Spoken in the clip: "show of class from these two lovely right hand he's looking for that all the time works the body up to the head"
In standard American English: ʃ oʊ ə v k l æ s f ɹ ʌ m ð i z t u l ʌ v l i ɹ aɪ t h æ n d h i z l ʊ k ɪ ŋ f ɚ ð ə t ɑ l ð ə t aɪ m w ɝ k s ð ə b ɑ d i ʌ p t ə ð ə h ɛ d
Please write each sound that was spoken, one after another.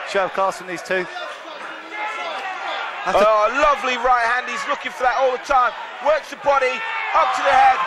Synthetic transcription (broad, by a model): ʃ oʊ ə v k ɑ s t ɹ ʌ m ð i z t u l ʌ v l i ɹ aɪ t h æ n d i z l ʊ k ɪ ŋ f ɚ ð ə t ɑ l ð ə t aɪ m w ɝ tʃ ð ə b ɑ d i ʌ p t ə ð ə h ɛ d